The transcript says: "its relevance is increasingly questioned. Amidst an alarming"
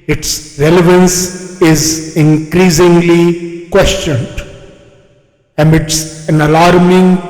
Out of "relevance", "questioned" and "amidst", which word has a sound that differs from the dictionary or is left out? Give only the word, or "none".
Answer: amidst